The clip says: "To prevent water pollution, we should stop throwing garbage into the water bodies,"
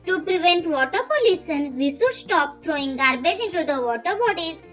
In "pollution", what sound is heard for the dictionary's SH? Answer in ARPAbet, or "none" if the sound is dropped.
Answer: S